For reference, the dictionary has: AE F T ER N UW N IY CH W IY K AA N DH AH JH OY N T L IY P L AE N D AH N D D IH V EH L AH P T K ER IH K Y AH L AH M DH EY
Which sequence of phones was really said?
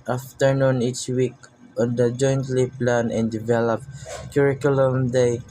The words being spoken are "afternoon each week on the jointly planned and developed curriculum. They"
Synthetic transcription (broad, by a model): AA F T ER N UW N IY CH W IY K AA N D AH JH OY N T L IY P L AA N AH N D D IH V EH L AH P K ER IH K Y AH L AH M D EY